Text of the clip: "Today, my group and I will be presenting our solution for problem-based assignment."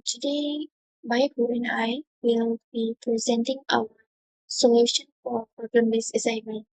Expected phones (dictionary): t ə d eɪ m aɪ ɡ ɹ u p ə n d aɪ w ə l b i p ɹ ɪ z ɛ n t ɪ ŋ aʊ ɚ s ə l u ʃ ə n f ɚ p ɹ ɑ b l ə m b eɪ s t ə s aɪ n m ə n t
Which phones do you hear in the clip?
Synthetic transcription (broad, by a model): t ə d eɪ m aɪ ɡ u ə n aɪ w ə l b i p ɹ ɪ z ɛ n t ɪ ŋ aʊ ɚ s ə l u ʃ ə n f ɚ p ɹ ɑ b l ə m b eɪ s ə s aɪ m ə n